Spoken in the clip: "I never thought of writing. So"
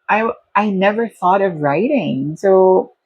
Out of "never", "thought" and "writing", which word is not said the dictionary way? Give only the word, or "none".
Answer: none